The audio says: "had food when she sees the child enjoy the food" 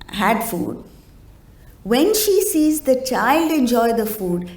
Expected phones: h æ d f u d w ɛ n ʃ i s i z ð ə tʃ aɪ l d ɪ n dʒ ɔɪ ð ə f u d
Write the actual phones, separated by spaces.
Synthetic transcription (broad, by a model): h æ d f u d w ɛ n ʃ i s i z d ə tʃ aɪ l d ɪ n dʒ ɔɪ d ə f u d